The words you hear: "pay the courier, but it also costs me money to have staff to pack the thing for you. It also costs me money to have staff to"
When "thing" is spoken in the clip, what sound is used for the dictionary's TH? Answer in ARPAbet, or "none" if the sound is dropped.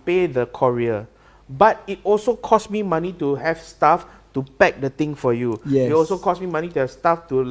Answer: T